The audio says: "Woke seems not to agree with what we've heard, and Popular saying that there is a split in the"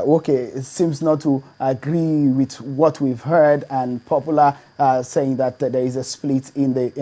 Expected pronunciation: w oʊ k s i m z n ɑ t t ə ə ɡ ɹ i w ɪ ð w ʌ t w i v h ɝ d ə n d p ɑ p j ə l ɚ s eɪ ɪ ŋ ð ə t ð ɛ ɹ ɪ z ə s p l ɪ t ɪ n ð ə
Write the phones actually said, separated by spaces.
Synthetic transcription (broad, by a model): oʊ k s i m z n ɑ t t ə ə ɡ ɹ i w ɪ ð w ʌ t w i v h ɝ d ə n p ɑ p j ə l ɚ s eɪ ɪ ŋ ð ə t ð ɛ ɹ ɪ z ə s p l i t ɪ n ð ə